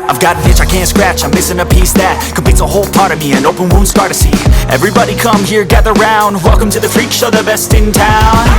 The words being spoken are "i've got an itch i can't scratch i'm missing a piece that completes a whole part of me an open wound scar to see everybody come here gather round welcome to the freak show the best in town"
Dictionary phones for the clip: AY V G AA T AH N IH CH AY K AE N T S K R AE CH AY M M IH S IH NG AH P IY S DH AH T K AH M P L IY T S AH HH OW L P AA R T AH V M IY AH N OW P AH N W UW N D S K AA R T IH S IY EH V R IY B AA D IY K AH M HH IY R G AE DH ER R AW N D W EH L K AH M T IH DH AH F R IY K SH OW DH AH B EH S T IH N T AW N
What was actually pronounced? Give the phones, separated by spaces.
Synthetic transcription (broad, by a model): AY V G AA T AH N IH CH AY K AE N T S K R AE CH AY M M IH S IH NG AH P IY S DH AH T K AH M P IY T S AH HH OW L P AA R T AH V M IY AH N OW P AH N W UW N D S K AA R T IH S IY EH V R IY B AA D IY K AH M HH IY R G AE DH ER R AW N D W EH L K AH M T IH DH AH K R IY K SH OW DH AH B EH S T IH N T AW N